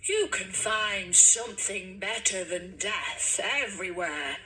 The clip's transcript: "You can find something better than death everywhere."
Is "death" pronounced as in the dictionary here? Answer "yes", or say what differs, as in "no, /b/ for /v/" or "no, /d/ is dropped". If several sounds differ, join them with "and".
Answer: yes